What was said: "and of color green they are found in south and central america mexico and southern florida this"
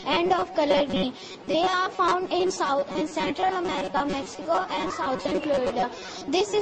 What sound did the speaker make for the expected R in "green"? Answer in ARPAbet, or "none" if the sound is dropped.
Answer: none